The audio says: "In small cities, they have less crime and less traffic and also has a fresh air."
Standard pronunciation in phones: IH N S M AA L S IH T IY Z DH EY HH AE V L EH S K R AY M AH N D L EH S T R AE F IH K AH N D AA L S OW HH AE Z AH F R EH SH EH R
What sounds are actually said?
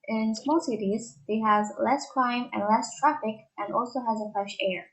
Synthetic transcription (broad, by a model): IH N S M AA L S IH T IY Z DH EY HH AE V L EH S K R AY M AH N L EH S T R AE F IH K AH N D AA L S OW HH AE Z AH F R EH SH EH R